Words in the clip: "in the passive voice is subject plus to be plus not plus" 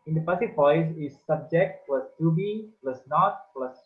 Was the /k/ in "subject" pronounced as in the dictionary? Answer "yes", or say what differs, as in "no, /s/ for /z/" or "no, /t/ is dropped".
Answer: yes